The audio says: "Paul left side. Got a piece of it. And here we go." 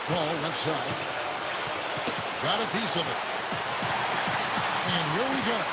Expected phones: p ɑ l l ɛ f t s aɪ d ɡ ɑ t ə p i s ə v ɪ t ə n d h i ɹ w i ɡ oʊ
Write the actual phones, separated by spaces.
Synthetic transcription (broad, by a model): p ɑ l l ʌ t s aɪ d ɡ ɑ t ə p i s ə v ɪ t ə n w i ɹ w i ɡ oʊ